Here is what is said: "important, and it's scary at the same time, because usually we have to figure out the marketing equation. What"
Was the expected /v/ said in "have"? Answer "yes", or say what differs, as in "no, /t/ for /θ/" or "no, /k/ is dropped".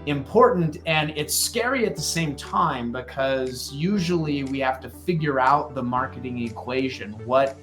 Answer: no, /f/ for /v/